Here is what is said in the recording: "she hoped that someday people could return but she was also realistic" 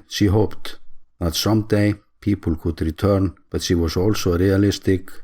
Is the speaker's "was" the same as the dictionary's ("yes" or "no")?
no